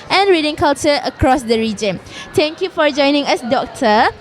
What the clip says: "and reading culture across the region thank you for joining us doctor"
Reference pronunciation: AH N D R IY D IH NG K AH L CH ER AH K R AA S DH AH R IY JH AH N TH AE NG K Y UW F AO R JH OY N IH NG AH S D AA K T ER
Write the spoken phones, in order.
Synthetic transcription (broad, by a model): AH N R IY D IH NG K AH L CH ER AH K R AA S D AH R IY JH AH N T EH NG K Y UW F AO R JH OY N IH NG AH S D AA K T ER